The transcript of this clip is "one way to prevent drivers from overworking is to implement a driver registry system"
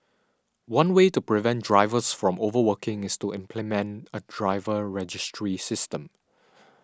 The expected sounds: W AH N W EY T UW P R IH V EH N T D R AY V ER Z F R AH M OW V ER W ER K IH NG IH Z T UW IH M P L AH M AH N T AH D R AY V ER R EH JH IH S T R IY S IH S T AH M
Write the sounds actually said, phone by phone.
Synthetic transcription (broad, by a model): W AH N W EY T UW P R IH V EH N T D R AY V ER S F R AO M OW V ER W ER K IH NG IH S T UW IH M P L AH M AH N T AH D R AY V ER R EH JH IH S T R IY S IH S T AH M